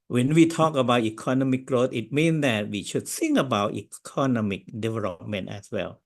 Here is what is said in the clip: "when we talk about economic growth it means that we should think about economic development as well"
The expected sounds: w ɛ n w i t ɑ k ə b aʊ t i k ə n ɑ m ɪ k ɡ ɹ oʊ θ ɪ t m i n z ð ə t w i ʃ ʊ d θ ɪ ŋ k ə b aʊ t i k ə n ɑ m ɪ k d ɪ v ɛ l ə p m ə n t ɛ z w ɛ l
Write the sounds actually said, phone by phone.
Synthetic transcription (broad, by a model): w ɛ n w i t ɑ k ə b aʊ t i k ə n ɑ m ɪ k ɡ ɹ oʊ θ ɪ t m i n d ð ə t w i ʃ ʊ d s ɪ ŋ ə b aʊ t i k ə n ɑ m ɪ k d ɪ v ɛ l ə p m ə n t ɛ s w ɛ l